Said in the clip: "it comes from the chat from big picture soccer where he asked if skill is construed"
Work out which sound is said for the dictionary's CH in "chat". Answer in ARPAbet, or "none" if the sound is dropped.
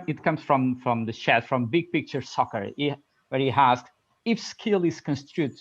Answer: SH